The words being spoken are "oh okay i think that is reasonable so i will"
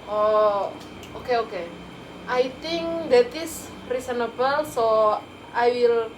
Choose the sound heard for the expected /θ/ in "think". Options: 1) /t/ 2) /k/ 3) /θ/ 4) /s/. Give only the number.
1